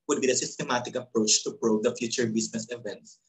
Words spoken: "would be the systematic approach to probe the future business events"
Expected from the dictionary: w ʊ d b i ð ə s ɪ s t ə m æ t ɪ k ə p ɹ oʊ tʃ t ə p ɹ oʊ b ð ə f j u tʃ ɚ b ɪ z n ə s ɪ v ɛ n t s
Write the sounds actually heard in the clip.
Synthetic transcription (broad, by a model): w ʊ d b i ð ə s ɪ s t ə m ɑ t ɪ k ə p ɹ oʊ tʃ t ə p ɹ oʊ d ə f j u tʃ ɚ b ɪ s n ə s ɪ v ɛ n t s